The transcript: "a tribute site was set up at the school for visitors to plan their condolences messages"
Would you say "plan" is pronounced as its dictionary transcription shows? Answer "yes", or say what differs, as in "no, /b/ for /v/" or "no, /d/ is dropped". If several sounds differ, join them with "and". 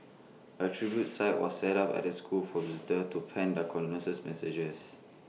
no, /l/ is dropped